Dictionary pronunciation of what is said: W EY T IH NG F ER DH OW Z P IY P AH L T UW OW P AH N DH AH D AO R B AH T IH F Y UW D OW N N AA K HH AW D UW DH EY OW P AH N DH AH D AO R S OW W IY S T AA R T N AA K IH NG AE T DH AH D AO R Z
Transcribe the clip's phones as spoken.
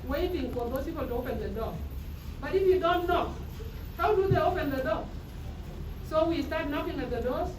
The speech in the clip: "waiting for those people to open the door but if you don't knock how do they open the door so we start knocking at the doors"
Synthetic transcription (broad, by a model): W EY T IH NG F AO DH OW S P IY P AH L T UW OW P AH N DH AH D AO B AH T IH F Y UW D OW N N AA K HH AW D UW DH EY OW P AH N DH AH D AO S OW W IY S T AA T N AA K IH NG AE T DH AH D AO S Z